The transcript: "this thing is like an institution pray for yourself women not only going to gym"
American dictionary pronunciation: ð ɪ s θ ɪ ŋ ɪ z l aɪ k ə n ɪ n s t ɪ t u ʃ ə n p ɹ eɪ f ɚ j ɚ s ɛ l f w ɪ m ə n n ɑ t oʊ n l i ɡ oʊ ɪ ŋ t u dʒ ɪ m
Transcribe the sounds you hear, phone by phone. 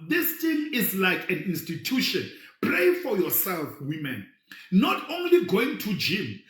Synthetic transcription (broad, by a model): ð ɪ s t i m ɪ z l aɪ k ə n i n s t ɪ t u ʃ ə n p ɹ eɪ f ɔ j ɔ s ɛ l f w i m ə n n ɑ t oʊ n l i ɡ oʊ ɪ ŋ t u dʒ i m